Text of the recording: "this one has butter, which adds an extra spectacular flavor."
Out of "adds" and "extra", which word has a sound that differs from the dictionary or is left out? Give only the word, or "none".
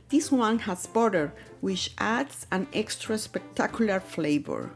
adds